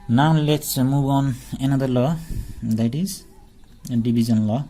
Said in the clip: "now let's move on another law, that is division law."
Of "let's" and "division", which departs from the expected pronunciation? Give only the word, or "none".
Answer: division